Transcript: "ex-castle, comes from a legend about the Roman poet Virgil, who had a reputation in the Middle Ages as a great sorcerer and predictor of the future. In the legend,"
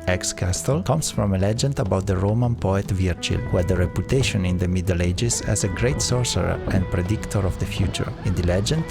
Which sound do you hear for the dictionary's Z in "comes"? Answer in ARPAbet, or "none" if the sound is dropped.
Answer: S